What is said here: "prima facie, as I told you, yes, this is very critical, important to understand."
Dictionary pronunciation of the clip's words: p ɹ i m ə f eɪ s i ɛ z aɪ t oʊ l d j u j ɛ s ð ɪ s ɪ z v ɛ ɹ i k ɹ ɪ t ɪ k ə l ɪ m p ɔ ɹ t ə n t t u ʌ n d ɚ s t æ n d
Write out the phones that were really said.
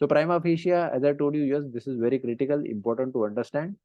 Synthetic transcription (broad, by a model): p ɹ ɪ m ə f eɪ ʃ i ɛ z aɪ t oʊ l d j u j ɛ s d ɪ s ɪ z v ɛ ɹ i k ɹ ɪ t ɪ k ə l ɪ m p ɔ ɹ t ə n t t u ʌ n d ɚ s t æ n d